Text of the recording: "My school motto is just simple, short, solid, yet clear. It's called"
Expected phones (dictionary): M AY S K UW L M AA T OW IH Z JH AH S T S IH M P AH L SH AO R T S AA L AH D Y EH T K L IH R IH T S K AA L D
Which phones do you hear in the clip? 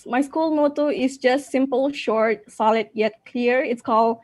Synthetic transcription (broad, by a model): M AY S K UW L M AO T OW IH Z JH AH S T S IH M P AH L SH AO R T S AA L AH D Y EH T K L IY R IH T S K AA L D